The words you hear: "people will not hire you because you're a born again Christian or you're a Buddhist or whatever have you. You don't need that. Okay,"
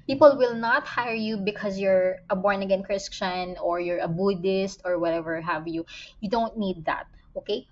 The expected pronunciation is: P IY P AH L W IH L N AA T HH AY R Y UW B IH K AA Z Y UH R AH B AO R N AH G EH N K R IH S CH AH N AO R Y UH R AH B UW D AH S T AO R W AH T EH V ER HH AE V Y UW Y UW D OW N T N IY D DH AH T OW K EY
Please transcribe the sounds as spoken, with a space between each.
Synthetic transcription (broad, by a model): P IY P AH L W IH L N AA T HH AY R Y UW B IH K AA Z Y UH R AH B AO R N AH G EH N K R IH S CH AH N AO R Y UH R AH B UW D AH S T AO R W AH T EH V ER HH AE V Y UW Y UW D OW N T N IY D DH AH T OW K EY